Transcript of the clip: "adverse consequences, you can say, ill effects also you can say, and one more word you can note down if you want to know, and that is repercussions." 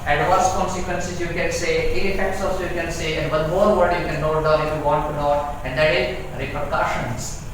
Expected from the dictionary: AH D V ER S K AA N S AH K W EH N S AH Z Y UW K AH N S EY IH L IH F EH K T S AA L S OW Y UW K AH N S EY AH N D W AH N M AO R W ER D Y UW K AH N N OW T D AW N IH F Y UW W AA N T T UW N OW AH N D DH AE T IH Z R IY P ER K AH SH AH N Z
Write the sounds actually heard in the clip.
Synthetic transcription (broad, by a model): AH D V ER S K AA N S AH K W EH N S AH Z Y UW K AH N S EY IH N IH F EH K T S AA S Y UW K AH N S EY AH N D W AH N M AO R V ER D Y UW K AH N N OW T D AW IH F Y UW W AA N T T UW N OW AH N D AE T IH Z R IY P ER K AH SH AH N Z